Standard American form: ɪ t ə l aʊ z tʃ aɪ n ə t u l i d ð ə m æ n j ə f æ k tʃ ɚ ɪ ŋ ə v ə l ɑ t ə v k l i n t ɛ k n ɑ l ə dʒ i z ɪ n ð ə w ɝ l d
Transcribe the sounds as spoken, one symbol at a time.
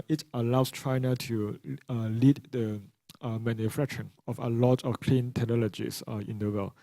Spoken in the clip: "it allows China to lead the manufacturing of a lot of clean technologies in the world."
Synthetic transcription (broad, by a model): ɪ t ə l aʊ s tʃ aɪ n ə t u l i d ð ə m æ n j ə f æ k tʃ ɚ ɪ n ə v ə l ɑ t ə f k l i n t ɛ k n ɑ l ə dʒ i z ɪ n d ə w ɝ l